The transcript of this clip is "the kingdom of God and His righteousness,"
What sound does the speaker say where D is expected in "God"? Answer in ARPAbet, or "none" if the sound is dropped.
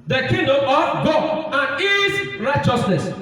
none